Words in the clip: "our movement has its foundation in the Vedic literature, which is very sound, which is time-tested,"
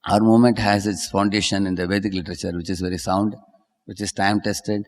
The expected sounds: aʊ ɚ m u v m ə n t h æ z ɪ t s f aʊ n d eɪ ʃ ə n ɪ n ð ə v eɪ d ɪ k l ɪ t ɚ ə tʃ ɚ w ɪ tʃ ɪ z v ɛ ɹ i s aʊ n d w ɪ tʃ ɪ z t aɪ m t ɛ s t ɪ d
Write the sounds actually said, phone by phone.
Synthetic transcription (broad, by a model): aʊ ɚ m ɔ m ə n t h æ z ɪ t s f aʊ n d eɪ ʃ ə n ɪ n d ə v eɪ d ɪ k l ɪ t ɚ ə tʃ ɚ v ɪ tʃ ɪ z v ɛ ɹ i s aʊ n d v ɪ tʃ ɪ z t aɪ m t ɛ s t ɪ d